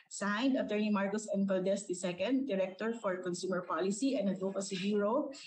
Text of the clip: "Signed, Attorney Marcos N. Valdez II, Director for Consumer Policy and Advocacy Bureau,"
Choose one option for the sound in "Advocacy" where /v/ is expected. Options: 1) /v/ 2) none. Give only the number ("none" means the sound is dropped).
2